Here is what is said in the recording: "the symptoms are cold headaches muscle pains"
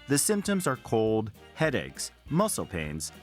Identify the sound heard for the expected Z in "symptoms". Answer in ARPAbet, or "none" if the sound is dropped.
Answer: Z